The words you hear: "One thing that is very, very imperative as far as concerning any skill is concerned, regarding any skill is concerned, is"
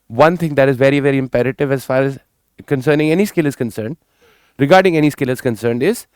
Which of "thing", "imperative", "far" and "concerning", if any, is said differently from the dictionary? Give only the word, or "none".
thing